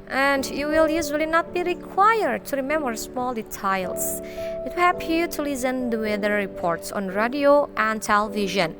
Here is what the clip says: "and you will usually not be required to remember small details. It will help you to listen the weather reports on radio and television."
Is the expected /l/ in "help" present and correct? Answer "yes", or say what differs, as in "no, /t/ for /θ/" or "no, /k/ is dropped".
no, /l/ is dropped